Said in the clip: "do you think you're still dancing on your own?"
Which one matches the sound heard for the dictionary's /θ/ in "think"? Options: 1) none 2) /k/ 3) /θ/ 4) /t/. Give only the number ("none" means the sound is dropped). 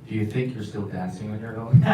3